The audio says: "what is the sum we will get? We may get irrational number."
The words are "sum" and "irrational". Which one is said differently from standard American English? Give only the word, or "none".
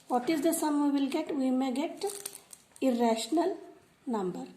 none